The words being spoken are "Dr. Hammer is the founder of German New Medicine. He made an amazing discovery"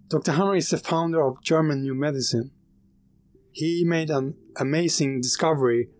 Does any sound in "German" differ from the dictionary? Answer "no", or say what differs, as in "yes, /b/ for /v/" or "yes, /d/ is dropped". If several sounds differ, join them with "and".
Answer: no